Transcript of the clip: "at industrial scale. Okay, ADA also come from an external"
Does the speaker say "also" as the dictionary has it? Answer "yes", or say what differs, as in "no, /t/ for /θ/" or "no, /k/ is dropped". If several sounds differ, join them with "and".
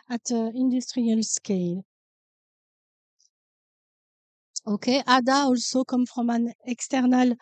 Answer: yes